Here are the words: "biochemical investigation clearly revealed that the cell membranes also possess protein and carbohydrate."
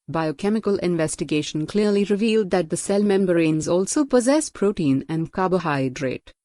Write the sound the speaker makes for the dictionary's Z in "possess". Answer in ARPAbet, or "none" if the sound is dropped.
Z